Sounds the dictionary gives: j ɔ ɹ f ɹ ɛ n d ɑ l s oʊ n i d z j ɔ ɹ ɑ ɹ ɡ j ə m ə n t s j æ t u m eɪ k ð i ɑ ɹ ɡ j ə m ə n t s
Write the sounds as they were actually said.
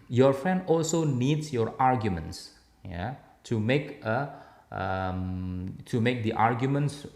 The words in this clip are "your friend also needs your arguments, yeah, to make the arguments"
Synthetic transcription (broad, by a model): j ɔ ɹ f ɹ ɛ n d ɑ l s oʊ n i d s j ɔ ɹ ɑ ɹ ɡ j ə m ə n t s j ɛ t u m eɪ k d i ɑ ɹ ɡ j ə m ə n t s